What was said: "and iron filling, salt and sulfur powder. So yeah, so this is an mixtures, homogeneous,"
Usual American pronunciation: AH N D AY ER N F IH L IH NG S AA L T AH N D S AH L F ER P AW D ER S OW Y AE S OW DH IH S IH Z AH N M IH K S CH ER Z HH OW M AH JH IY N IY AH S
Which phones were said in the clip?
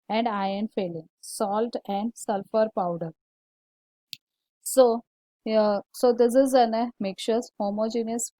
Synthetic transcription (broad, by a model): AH N D AY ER N F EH L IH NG S AA L T AH N D S AH L F ER P AW D ER S OW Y S OW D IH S IH Z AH N M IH K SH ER S HH OW M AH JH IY N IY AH S